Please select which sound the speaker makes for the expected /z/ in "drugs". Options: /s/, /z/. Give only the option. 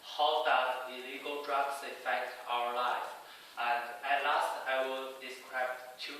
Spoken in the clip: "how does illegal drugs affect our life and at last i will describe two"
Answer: /s/